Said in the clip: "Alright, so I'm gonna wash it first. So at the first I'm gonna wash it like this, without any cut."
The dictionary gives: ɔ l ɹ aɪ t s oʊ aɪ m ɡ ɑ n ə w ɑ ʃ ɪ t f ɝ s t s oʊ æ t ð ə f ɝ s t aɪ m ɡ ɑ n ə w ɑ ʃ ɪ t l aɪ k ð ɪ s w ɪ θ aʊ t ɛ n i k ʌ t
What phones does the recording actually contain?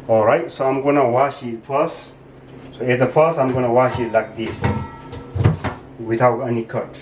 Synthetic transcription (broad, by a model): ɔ l ɹ aɪ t s oʊ aɪ m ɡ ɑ n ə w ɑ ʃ ɪ t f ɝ s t s oʊ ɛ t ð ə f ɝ s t aɪ m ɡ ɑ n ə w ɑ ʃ ɪ t l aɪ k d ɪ s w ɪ t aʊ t ɛ n i k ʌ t